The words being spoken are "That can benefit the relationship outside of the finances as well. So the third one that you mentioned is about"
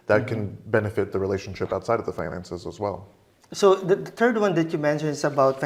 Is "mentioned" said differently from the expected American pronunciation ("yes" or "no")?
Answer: yes